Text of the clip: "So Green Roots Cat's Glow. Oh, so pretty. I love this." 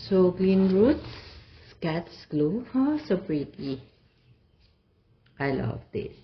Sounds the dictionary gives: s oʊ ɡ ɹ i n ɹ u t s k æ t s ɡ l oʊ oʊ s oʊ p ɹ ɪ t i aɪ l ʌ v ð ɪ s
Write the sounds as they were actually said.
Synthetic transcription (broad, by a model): s oʊ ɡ l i n ɹ u t s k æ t s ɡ l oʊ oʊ s oʊ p ɹ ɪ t i aɪ l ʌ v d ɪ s